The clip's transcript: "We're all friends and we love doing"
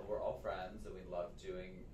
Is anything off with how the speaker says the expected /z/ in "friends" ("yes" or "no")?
no